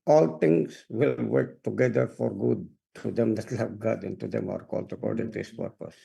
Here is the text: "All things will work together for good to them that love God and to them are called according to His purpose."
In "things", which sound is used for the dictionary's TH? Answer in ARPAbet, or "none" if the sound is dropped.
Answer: T